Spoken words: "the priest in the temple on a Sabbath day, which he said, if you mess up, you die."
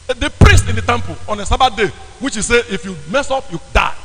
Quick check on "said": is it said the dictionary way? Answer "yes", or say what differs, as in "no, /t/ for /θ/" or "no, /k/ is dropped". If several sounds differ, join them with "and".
no, /d/ is dropped